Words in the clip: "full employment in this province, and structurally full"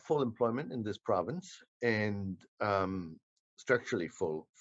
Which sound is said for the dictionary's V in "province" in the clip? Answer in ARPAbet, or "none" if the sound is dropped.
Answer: V